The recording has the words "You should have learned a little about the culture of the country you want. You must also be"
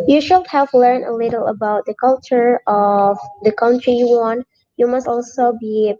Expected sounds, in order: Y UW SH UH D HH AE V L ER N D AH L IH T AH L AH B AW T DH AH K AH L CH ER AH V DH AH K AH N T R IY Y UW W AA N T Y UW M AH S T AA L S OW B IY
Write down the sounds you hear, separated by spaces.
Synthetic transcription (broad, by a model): Y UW SH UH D HH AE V L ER N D AH L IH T L AH B AW T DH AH K AH L CH ER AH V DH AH K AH N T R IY Y UW W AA N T Y UW M AH S T AA L S OW B IY